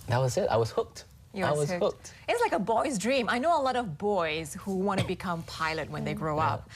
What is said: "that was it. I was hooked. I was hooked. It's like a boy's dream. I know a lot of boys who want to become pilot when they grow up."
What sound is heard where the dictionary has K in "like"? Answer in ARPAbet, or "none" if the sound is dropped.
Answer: K